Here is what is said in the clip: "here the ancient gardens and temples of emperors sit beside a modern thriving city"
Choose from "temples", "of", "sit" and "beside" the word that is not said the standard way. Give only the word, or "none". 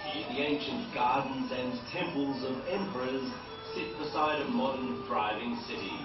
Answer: none